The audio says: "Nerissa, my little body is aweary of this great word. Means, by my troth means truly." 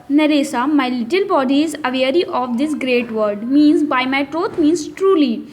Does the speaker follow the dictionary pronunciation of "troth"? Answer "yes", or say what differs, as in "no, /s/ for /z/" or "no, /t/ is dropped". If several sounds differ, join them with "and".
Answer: no, /t/ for /θ/